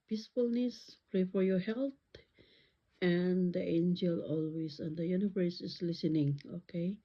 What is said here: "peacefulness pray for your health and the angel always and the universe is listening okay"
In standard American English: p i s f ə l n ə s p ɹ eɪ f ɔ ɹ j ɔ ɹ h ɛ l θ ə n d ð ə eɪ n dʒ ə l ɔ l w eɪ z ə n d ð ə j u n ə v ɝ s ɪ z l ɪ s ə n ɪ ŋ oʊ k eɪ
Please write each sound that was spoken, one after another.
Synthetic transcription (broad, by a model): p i s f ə l n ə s p ɹ eɪ f ɔ ɹ j ɔ ɹ h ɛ l t ə n d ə eɪ n dʒ ə l ɔ l w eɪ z ə n d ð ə j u n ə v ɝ s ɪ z l ɪ s ə n ɪ ŋ oʊ k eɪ